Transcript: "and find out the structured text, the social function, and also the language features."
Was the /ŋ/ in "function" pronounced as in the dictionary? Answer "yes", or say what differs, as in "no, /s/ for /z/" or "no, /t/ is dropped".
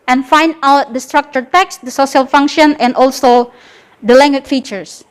yes